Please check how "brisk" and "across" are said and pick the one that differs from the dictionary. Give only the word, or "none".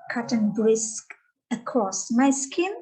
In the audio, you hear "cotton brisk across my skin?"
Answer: across